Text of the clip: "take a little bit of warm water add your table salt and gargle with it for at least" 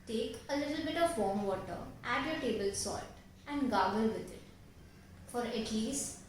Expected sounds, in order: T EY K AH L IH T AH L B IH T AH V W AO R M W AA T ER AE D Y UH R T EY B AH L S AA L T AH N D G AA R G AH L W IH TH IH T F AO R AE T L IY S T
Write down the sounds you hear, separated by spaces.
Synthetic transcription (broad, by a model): T EY K AH L IH T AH L B IH T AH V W AO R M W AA T ER AE D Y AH T EY B AH L S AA T AH N D G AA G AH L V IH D IH T F AO R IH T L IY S